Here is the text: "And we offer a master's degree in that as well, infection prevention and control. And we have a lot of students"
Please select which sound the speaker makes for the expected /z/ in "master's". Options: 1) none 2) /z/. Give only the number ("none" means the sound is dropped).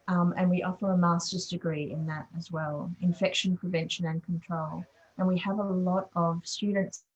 2